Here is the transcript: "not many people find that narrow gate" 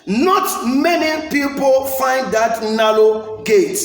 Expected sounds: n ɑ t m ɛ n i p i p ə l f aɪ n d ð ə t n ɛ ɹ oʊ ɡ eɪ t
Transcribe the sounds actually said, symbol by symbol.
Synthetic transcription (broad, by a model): n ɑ t m ɛ n i p i p ə l f aɪ n d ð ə t n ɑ l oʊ ɡ eɪ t